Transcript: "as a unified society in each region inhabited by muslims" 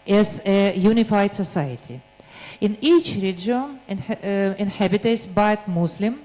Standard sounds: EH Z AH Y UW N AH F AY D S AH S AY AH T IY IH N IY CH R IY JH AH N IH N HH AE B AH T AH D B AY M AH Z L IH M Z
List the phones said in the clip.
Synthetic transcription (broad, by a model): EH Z AH Y UW N AH F AY D S AH S AY AH T IY IH N IY CH R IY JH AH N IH N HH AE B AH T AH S B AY M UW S L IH M